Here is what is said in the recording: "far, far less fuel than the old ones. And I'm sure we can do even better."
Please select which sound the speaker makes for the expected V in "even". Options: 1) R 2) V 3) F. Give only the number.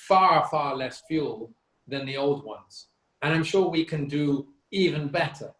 2